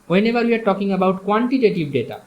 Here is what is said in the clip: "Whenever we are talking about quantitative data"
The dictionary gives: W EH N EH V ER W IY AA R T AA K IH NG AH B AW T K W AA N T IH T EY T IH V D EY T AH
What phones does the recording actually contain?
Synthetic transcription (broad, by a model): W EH N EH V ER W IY AA R T AA K IH NG AH B AW T K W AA N T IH T EY T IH B D EY T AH